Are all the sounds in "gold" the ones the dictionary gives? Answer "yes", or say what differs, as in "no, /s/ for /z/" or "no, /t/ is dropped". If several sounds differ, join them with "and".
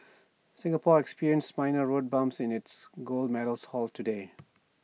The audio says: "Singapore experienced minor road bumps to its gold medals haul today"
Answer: yes